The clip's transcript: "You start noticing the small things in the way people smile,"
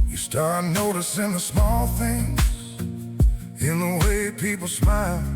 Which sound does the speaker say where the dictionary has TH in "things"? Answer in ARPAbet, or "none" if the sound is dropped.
TH